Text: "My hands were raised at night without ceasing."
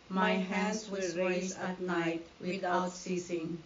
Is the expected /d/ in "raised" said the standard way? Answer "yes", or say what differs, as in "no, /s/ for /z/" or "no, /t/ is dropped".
no, /d/ is dropped